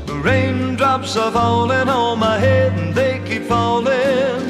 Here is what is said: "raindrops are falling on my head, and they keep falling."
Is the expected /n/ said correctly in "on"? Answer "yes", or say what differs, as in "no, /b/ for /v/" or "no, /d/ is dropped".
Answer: no, /l/ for /n/